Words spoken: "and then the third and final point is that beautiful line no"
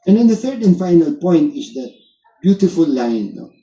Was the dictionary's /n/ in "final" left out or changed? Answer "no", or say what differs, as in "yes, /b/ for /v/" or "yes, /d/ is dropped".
no